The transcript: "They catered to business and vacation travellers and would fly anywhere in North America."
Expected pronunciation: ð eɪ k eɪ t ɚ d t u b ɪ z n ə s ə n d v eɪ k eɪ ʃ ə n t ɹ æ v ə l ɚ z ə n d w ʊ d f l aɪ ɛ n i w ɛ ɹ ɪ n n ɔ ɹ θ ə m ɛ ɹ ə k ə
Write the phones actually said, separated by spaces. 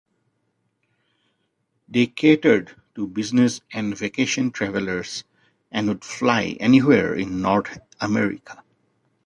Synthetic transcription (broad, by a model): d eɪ k eɪ t ɚ d t u b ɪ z n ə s ə n d v eɪ k eɪ ʃ ə n t ɹ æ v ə l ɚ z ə n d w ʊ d f l aɪ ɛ n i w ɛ ɹ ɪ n n ɔ ɹ t ə m ɛ ɹ ə k ə